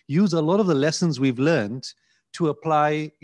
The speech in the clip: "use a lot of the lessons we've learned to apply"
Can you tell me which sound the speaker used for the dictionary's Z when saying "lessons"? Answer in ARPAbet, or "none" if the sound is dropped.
Z